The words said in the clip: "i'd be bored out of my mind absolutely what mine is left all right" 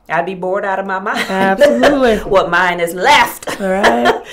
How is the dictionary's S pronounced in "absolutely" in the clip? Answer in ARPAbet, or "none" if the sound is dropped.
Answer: none